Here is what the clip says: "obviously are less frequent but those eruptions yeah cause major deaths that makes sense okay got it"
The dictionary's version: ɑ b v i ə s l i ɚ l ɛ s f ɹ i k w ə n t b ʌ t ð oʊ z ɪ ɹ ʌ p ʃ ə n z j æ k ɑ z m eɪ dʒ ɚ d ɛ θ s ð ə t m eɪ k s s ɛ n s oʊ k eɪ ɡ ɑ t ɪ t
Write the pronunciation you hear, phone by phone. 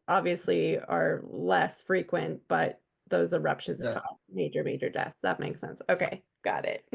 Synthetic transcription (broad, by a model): ɑ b v i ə s l i ɚ l ɛ s f ɹ i k w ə n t b ʌ t ð oʊ z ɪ ɹ ʌ p ʃ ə n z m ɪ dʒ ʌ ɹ m eɪ dʒ ɚ d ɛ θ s ð ə t m eɪ k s s ɛ n s oʊ k eɪ ɡ ɑ t ɪ t